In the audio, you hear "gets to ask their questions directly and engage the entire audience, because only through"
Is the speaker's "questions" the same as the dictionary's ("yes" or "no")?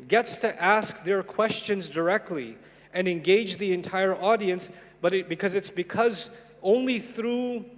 yes